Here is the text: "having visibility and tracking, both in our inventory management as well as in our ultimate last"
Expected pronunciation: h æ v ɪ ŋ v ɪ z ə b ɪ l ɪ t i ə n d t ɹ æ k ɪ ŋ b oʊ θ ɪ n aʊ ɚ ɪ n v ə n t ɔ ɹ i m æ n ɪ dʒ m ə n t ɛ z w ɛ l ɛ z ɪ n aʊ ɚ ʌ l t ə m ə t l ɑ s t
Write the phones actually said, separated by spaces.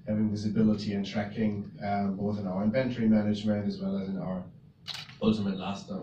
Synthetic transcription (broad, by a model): h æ v ɪ ŋ v ɪ z ə b ɪ l ɪ t i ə n t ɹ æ k ɪ ŋ b oʊ θ ɪ n aʊ ɚ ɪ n v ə n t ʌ ɹ i m æ n ɪ dʒ m ə n t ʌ z w ɛ l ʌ z ɪ n aʊ ɚ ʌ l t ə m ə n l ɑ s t